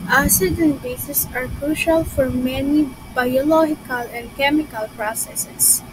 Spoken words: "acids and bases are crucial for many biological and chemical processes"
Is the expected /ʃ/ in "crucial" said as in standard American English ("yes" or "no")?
yes